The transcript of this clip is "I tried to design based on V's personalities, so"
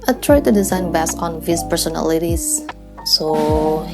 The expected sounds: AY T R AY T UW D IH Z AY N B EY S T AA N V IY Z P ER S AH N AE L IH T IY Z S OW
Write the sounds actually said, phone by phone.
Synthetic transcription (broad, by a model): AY T R AY T UW D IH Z AY N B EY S AA N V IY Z P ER S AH N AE L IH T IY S S OW